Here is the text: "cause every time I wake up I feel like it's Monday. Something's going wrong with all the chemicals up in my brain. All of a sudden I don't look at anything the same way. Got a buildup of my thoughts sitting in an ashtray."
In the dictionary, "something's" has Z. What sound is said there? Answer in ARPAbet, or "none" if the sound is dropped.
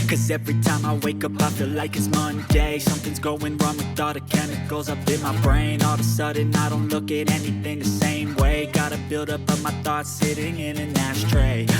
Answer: Z